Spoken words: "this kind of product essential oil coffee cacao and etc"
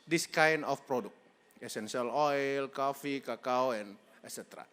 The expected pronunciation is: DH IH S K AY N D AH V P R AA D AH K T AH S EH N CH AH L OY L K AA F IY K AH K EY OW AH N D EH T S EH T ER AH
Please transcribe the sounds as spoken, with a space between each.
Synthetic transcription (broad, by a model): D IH S K AY N AH F P R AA D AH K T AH S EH N S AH L OY L K AA F IY K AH K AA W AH N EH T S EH T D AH